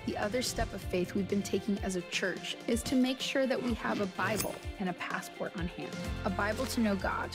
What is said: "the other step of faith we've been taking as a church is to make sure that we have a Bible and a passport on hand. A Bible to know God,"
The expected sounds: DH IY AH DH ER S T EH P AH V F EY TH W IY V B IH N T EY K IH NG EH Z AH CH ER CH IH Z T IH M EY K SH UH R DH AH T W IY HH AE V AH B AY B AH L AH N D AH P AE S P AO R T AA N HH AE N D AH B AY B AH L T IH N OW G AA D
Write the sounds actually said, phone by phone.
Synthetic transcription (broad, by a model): DH IY AH DH ER S T EH P AH V F EY TH W IY V B IH N T EY K IH NG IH Z AH CH ER CH IH Z T IH M EY K SH UH R DH AH T W IY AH V AH B AY B L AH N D AH P AE S P AO R T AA N HH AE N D AH B AY B L T IH N OW G AA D